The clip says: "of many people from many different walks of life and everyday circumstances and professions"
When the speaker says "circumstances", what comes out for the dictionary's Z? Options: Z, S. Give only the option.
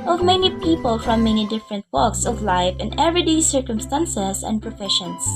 S